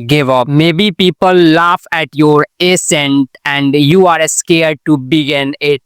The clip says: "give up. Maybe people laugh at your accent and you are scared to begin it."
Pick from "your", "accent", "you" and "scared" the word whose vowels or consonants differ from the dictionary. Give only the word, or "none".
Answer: accent